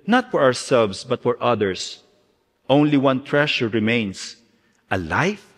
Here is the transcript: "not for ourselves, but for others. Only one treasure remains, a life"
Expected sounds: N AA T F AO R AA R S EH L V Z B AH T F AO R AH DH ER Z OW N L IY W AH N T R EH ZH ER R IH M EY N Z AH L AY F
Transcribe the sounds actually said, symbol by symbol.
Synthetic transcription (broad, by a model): N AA T F AO R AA R S EH L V S B AH T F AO R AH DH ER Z OW N L IY W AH N T R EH SH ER R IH M EY N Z AH L AY F